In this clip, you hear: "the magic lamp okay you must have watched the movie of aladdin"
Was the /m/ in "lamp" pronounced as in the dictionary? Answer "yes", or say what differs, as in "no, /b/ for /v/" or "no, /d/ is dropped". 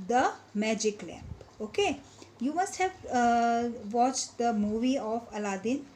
no, /m/ is dropped